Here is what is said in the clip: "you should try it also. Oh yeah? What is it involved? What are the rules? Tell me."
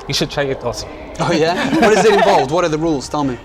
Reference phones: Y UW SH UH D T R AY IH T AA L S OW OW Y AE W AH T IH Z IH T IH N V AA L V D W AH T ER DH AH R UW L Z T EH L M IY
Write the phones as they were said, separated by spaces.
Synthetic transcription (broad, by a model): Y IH SH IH D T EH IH IH T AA S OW OW Y AE W AH T IH Z IH T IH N V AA L V D W AH T ER DH AH R UW L Z T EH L M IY